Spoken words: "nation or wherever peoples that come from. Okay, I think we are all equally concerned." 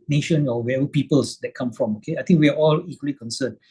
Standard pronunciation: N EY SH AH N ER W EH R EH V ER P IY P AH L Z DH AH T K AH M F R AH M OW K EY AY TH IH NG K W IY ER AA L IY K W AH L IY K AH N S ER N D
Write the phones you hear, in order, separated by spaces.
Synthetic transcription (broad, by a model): N EY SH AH N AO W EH EH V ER P IY P AH L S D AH T K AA M F R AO M OW K EY AY T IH NG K W IY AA AA L IY K W AH L IY K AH N S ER N